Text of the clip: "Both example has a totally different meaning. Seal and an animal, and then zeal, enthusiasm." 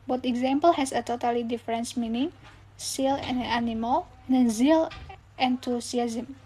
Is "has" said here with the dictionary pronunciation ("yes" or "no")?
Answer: no